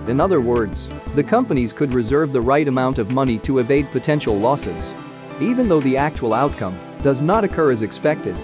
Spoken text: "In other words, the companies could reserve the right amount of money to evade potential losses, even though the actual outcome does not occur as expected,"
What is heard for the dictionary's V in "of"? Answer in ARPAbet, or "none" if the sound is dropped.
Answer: V